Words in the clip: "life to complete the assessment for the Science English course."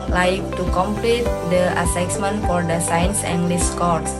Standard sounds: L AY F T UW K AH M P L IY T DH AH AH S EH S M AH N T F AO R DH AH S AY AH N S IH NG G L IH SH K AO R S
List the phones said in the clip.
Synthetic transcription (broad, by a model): L AY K T UW K AH M P L IY T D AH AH S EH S M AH N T F AO R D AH S AY AH N S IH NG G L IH S K AO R S